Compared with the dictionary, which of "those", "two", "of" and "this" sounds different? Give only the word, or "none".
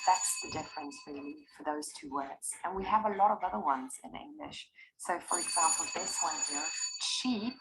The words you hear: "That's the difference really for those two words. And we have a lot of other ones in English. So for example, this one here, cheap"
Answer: none